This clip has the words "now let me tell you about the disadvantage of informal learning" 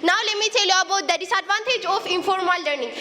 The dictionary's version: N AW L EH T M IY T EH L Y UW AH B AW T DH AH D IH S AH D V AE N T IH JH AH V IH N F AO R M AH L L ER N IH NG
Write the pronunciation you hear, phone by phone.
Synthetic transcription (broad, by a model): N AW L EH M IY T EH L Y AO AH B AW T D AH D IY S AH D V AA N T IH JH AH F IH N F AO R M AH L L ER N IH NG